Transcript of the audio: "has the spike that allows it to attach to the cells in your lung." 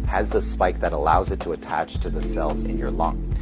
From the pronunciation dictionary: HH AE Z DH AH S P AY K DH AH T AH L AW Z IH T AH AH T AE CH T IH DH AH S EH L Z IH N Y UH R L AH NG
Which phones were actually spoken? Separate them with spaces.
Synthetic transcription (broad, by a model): HH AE Z DH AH S P AY K DH AH T AH L AW Z IH T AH AH T AE CH T IH DH AH S EH L Z IH N Y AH R L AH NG